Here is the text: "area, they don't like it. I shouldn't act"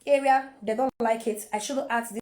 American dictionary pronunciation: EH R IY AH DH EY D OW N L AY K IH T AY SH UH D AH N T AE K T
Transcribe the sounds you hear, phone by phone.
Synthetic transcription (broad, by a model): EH R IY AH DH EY D OW N L AY K IH T AY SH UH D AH T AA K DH